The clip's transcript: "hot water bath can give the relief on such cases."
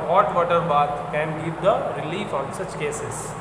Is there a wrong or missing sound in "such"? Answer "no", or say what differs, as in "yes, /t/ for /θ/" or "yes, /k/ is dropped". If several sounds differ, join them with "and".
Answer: no